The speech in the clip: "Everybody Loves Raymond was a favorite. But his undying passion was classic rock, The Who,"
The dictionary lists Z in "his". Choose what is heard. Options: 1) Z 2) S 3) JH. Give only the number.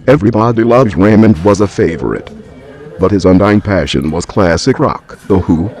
1